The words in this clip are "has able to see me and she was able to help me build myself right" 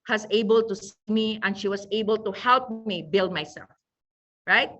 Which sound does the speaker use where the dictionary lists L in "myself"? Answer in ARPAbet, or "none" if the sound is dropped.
L